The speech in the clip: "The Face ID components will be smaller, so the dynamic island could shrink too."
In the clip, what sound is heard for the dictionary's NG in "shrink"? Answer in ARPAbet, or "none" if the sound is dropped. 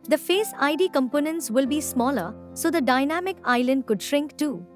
NG